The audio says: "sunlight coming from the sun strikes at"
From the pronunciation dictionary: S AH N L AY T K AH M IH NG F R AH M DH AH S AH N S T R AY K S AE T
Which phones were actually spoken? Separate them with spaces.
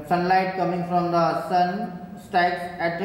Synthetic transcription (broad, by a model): S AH N L AY T K AH M IH NG F R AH M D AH S AH N S T AY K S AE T